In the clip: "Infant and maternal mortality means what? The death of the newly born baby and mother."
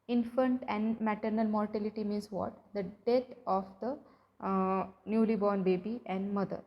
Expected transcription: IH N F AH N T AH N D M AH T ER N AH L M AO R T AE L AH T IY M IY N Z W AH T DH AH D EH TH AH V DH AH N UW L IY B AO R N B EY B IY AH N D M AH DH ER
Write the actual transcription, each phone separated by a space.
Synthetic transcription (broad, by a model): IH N F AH N T AH N D M AH T ER N AH L M AO R T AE L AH T IY M IY N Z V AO T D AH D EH T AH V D AH N UW L IY B AO R N B EY B IY AH N D M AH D ER